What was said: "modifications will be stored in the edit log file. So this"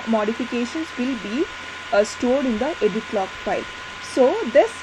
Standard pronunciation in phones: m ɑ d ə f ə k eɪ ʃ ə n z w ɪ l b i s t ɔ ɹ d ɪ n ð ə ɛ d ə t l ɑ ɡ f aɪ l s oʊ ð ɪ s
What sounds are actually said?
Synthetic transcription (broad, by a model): m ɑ d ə f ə k eɪ ʃ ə n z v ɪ l b i s t ɔ ɹ d ɪ n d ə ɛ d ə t l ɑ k f aɪ l s oʊ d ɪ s